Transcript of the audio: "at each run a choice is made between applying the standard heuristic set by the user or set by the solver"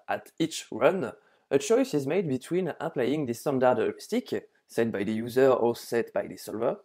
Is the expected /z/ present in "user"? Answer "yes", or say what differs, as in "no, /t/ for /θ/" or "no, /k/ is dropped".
yes